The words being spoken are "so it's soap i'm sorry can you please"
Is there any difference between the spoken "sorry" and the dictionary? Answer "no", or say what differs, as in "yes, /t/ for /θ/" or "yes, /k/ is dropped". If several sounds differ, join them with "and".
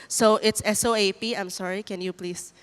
no